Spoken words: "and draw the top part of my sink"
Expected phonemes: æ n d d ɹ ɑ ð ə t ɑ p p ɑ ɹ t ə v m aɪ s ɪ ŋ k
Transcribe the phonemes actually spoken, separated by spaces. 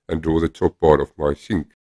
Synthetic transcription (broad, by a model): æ n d d ɹ ɑ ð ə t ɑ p b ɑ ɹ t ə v m aɪ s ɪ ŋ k